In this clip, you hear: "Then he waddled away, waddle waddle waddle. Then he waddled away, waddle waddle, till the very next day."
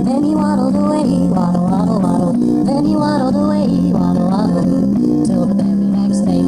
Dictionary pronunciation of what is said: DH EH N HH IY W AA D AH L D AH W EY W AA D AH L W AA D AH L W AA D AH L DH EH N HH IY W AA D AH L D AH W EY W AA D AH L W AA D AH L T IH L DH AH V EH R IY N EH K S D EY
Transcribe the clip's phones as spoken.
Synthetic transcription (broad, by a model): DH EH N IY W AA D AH D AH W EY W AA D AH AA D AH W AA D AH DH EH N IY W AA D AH D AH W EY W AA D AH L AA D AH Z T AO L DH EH IY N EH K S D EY